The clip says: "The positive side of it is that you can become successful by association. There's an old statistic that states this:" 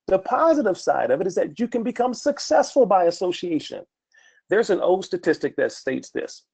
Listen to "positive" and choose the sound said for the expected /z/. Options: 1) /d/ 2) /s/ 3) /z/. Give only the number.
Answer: 3